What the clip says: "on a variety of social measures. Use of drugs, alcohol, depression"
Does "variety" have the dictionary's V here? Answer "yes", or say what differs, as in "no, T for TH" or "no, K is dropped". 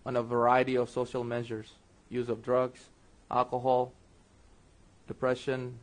yes